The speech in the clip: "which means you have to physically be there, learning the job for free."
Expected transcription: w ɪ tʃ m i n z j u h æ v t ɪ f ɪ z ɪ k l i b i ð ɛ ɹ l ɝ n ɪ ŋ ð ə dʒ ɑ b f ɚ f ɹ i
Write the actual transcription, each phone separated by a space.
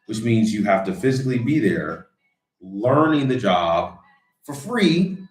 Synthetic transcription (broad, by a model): w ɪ tʃ m i n z j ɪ h æ f t ɪ f ɪ z ɪ k l i b i ð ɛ ɹ l ɝ n ɪ ŋ ð ə dʒ ɑ b f ɚ f ɹ i